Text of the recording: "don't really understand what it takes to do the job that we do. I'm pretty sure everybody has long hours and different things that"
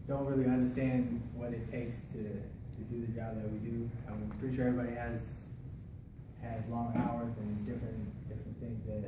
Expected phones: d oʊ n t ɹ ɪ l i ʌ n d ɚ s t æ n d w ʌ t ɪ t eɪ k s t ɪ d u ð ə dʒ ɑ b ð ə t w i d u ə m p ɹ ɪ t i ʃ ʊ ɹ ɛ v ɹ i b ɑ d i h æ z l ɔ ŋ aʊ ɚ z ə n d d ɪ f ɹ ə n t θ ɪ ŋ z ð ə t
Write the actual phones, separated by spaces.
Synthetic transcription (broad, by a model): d oʊ n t ɹ ɪ l i ʌ n d ɚ s t æ n d w ʌ t ɪ t eɪ k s t ɪ d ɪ ð ə dʒ ɑ b ð ə t w i d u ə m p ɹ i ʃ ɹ ɛ ɹ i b ɑ d i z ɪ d l ɔ ŋ aʊ ɚ z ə n d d ɪ f ɹ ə n θ ɪ ŋ z ð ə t